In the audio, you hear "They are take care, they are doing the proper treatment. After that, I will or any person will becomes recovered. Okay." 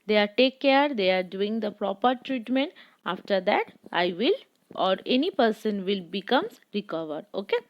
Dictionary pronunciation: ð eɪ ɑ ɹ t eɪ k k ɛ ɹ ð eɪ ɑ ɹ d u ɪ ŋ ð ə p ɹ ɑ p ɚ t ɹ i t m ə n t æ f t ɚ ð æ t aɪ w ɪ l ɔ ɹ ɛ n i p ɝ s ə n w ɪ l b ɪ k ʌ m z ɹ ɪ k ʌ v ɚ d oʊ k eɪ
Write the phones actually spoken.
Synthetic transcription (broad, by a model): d eɪ ɑ ɹ t eɪ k k ɛ ɹ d eɪ ɑ ɹ d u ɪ ŋ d ə p ɹ ɑ p ɚ t ɹ i t m ə n t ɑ f t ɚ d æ t aɪ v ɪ l ɔ ɹ ɛ n i p ɝ s ə n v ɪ l b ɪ k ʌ m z ɹ ɪ k ʌ v ɚ d oʊ k eɪ